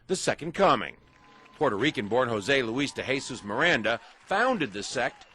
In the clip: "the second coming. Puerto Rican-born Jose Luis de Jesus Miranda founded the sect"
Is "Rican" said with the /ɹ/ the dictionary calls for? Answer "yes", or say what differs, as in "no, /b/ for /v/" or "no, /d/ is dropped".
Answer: yes